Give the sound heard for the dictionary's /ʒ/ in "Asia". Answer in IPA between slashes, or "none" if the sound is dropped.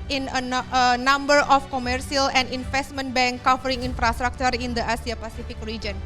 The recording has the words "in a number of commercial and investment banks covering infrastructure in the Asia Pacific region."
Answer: /s/